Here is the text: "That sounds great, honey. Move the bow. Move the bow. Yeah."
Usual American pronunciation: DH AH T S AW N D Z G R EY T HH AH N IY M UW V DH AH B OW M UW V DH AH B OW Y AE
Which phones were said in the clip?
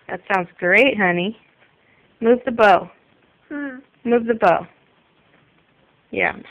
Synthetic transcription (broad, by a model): DH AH T S AW N D Z G R EY T HH AH N IY M UW V DH AH B OW M UW V DH AH B OW Y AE